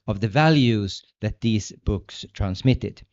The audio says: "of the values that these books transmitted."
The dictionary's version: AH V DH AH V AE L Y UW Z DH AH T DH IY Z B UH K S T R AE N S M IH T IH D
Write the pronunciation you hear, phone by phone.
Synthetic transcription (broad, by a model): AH V DH AH V AE L Y UW Z DH AH T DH IY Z B UH K S T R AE N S M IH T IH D